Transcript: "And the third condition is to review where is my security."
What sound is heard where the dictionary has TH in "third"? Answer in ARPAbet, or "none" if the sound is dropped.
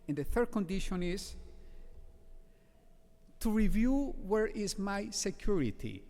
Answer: TH